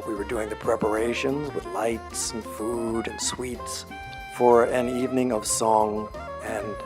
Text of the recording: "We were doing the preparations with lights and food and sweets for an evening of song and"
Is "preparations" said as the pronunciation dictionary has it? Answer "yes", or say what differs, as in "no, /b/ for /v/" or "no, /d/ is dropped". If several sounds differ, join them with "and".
yes